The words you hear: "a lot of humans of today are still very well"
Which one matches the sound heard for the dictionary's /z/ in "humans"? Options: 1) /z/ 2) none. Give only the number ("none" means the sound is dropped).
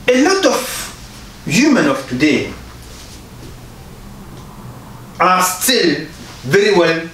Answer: 2